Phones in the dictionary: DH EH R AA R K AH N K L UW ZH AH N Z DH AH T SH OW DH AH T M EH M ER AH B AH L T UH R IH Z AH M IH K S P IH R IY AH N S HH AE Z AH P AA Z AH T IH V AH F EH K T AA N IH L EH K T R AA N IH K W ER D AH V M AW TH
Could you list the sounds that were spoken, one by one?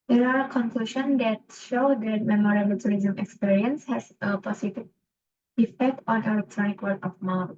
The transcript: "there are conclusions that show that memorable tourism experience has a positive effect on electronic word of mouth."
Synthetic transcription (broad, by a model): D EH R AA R K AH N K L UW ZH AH N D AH T SH OW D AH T M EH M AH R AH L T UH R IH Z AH M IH K S P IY R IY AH N S HH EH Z AH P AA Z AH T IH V AH F EH K T AA N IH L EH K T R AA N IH K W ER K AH F M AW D